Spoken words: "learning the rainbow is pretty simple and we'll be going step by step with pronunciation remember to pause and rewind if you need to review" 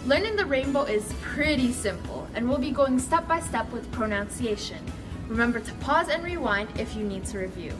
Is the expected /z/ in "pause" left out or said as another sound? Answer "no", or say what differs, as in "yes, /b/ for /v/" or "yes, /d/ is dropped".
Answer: no